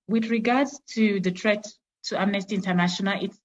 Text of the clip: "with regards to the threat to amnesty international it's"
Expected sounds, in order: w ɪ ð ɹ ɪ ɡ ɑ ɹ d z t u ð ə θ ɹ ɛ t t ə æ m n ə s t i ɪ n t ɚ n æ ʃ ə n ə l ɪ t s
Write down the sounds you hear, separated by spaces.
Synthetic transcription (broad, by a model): w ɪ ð ɹ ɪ ɡ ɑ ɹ d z t u ð ə t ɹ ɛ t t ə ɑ m n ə s t i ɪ n t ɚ n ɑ ʃ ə n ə l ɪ t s